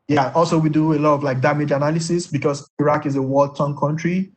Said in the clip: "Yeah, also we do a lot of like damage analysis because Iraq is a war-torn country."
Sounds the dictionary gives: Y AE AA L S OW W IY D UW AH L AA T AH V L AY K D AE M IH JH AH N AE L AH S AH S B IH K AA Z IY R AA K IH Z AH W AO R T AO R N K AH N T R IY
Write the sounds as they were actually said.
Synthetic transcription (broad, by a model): Y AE AA L S OW W IY D UW AH L AA T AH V L AY K D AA M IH JH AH N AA L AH S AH S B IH K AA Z IY R AA K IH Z AH W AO L T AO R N K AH N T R IY